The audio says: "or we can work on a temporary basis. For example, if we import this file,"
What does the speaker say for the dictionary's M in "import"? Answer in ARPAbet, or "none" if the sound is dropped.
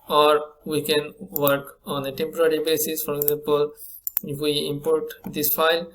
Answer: M